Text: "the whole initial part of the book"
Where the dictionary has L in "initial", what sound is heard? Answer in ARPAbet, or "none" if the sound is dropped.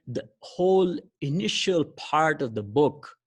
L